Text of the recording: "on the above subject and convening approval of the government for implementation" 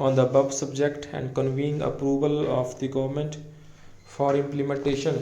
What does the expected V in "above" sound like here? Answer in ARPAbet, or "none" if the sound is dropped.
B